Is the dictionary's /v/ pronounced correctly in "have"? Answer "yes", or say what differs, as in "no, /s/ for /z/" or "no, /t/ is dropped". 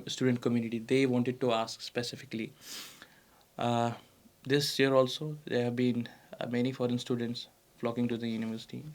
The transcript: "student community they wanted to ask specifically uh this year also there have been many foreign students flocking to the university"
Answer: yes